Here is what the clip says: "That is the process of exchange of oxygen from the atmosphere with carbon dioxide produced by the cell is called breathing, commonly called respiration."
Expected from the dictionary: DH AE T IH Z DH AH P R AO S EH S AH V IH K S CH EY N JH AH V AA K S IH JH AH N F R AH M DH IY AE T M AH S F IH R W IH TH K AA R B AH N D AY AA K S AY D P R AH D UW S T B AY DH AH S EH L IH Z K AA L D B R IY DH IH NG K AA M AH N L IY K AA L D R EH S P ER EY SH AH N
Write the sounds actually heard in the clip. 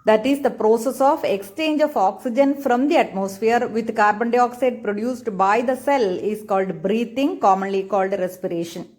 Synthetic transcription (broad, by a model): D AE T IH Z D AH P R AO S EH S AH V IH K S CH EY N JH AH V AA K S IH JH AH N F R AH M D IY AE T M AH S F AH R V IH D K AA R B AH N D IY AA K S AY D P R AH D UW S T B AY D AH S EH L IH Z K AA L D B R IY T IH NG K AA M AH N L IY K AA L D R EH S P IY EY SH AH N